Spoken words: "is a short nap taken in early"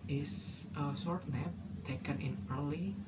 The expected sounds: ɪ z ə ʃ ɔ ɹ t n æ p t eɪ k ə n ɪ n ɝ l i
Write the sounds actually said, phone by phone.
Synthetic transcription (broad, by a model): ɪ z ə s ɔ ɹ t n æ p t eɪ k ə n ɪ n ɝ l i